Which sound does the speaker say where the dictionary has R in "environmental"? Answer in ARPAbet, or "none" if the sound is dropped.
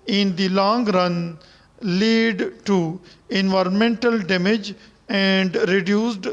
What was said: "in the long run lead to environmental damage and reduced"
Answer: R